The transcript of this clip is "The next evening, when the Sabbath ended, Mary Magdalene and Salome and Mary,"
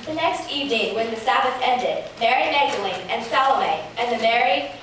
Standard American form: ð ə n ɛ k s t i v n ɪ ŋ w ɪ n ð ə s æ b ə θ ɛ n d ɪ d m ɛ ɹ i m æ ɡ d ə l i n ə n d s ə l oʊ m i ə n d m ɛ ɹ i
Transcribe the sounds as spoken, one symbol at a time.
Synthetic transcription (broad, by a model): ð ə n ɛ k s t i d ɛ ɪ w ɪ n ð ə s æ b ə s ɛ n d ɪ d m ɛ ɹ i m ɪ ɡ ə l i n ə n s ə l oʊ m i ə n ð m ɛ ɹ i